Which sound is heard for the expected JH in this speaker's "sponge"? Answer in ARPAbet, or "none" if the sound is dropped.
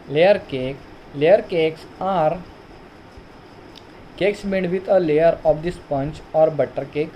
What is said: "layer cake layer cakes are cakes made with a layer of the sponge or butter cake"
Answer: CH